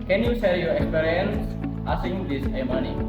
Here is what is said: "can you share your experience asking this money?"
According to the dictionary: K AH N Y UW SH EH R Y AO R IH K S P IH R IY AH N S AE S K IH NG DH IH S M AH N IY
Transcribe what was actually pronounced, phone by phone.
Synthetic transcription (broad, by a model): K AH N Y UW S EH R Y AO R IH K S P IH R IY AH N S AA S IH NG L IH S M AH N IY